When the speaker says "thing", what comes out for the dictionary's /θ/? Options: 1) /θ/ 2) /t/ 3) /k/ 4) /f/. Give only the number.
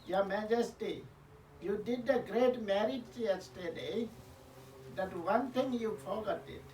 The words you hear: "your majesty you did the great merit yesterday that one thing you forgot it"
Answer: 2